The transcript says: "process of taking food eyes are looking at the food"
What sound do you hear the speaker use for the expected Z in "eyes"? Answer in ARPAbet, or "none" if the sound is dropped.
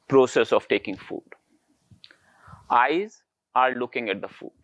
Z